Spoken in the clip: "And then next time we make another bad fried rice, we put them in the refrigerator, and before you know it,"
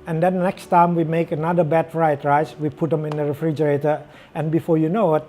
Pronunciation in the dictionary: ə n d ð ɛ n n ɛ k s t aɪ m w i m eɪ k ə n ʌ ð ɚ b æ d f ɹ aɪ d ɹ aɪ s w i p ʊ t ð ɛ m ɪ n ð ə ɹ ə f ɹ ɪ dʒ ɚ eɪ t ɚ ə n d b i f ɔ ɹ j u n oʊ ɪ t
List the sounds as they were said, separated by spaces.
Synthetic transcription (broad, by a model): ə n d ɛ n n ɛ k s t aɪ m w i m eɪ k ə n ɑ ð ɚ b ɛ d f ɹ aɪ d ɹ aɪ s w i p ʊ t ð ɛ m ɪ n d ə ɹ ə f ɹ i dʒ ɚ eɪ t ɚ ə n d b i f ɔ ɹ j u n oʊ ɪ t